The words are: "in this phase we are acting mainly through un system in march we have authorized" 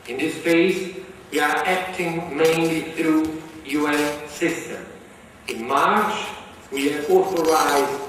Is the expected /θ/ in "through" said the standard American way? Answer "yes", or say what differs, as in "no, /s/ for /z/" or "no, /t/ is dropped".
yes